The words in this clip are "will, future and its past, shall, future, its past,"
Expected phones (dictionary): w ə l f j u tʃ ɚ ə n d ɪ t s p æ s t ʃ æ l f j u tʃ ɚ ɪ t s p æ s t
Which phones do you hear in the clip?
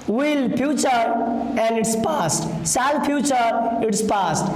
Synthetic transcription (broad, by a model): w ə l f j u tʃ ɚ ə n d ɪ t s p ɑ s t s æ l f j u tʃ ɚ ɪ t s p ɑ s t